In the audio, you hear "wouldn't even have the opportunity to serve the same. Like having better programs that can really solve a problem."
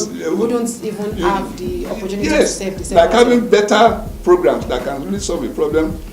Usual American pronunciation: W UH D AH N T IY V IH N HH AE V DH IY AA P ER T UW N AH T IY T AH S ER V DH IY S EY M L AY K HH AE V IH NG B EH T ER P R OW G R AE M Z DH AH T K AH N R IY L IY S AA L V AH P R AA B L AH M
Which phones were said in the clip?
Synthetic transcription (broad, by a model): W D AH N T IY V IH N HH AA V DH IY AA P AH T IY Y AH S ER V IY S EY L AY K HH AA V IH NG B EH T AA P R OW G R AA M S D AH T K AH N R IY L IY S AA L V AH P R AA B L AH M